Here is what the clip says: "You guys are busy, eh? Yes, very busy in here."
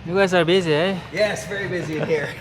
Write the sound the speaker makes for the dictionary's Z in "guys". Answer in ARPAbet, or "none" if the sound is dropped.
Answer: S